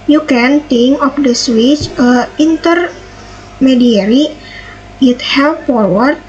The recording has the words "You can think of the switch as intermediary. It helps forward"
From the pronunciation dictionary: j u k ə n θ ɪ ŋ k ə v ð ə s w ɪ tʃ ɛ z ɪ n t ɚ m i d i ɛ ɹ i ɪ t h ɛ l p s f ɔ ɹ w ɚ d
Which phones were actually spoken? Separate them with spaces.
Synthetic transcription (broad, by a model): j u k ə n t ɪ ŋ k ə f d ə s w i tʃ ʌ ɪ n t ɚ m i d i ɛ ɹ i ɪ t h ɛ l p f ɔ ɹ w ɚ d